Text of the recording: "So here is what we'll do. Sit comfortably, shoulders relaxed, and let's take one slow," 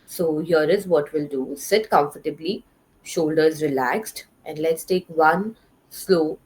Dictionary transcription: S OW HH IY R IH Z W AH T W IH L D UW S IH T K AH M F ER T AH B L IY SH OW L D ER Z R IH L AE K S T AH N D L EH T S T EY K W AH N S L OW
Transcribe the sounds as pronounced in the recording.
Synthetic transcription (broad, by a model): S OW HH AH R IH Z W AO T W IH L D UW S IH T K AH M F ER T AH B L IY SH OW L D ER Z R IH L AE K S T AH N D L EH T S T EY K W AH N S L OW